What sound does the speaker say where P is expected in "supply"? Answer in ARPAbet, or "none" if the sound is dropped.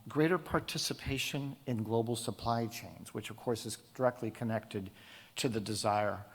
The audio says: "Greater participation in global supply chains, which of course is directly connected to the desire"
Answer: P